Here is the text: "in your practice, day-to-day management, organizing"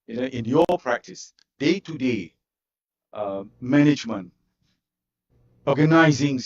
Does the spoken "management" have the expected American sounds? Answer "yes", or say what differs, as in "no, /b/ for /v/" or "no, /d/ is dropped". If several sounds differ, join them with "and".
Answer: yes